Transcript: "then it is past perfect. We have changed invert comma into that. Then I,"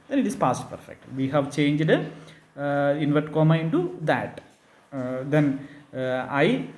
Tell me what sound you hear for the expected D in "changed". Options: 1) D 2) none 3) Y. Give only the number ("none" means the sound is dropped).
1